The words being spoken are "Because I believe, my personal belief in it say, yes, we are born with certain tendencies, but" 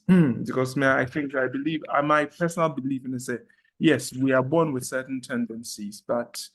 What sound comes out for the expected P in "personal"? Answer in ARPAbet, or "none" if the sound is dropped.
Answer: P